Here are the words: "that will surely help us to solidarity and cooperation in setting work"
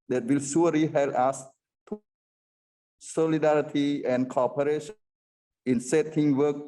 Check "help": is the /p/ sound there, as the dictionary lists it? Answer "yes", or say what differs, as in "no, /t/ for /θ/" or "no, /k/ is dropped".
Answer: no, /p/ is dropped